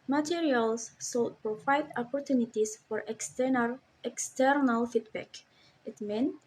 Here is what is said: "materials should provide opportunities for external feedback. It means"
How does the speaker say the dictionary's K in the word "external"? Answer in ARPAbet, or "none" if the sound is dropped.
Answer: K